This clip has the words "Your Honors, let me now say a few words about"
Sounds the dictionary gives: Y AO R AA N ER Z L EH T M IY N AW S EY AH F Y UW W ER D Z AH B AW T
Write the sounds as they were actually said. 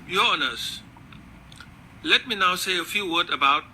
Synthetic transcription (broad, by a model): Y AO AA N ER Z L EH T M IY N AW S EY AH F Y UW W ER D AH B AW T